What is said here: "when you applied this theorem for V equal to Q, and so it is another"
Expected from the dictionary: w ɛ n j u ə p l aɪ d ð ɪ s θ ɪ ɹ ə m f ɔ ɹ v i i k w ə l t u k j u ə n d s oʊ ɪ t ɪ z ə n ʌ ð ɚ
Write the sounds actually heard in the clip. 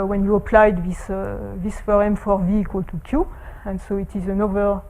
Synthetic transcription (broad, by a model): w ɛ n j u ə p l aɪ d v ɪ s f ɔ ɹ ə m f ɔ ɹ v i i k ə l t u k j u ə n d s oʊ ɪ t ɪ z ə n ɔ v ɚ